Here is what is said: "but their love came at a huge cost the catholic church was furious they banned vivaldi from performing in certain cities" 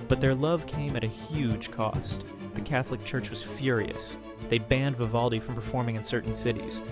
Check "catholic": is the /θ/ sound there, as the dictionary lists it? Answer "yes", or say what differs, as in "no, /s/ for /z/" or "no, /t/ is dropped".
yes